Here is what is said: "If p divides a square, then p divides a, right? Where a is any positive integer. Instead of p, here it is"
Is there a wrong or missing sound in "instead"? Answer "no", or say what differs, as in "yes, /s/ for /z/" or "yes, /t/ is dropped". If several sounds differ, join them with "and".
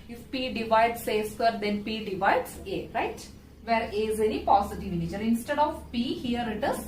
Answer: no